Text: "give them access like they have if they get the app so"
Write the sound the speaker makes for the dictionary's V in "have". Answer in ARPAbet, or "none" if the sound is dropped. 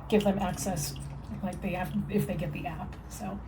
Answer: F